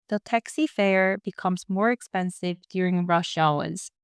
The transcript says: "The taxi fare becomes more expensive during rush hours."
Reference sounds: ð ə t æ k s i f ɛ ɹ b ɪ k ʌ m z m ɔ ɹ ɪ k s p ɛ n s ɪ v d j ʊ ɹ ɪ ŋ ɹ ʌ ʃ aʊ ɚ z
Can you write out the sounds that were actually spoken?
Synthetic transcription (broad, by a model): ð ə t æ k s i f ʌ ɹ b ɪ k ʌ m z m ɔ ɹ ɪ k s p ɛ n s ɪ v d j ʊ ɹ ɪ ŋ ɹ ʌ ʃ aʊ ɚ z